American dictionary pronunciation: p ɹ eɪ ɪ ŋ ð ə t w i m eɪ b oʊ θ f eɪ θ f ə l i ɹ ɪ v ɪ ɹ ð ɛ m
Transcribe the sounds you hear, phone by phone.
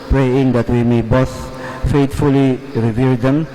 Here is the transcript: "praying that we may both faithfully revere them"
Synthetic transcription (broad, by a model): p ɹ eɪ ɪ ŋ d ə t w i m eɪ b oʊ s f eɪ t f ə l i ɹ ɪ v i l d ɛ m